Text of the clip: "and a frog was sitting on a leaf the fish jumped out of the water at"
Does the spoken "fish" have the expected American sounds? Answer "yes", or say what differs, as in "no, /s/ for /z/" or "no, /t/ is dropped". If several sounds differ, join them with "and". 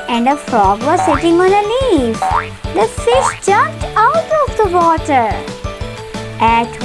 no, /s/ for /ʃ/